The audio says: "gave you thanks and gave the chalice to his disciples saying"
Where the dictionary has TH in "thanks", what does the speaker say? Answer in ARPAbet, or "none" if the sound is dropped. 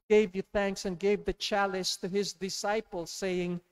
TH